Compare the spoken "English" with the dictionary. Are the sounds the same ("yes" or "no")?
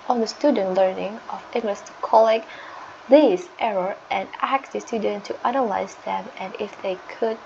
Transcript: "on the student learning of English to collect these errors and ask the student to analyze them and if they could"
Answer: no